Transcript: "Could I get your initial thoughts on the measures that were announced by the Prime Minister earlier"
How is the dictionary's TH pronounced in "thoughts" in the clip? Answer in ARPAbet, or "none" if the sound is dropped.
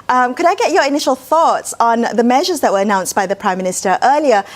TH